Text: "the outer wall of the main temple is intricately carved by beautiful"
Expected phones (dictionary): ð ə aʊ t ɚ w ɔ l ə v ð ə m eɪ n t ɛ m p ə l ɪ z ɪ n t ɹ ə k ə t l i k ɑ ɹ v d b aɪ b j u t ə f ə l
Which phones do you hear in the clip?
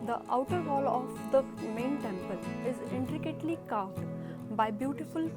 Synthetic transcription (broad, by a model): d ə aʊ t ɚ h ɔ l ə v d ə m eɪ n t ɛ m p ə l ɪ z ɪ n t ɹ ə k ə t l i k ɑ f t b aɪ b j u t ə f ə l